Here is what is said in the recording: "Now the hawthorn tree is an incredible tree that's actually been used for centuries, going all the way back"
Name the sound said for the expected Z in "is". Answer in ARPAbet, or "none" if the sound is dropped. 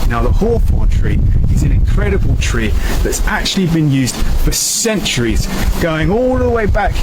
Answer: Z